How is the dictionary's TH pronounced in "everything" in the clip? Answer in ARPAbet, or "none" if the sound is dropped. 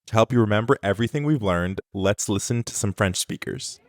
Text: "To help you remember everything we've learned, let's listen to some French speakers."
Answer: TH